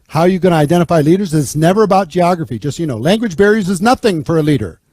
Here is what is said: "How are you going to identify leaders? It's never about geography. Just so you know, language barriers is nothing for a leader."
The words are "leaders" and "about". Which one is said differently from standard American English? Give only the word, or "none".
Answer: none